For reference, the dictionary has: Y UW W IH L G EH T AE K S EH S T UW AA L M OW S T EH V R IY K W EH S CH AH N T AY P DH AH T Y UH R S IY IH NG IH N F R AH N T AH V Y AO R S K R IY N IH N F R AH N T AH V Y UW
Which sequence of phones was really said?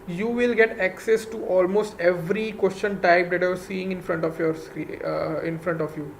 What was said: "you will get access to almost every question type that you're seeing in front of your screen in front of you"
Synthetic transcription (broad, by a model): Y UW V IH L G EH T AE K S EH S T UW AA L M OW S T EH V R IY K W EH S CH AH N T AY P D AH T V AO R S IY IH NG IH N F R AH N T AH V Y AO R S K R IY IH N F R AH N T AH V Y UW